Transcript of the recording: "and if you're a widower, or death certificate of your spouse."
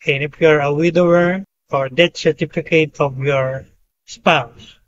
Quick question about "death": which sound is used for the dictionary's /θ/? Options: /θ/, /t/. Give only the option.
/t/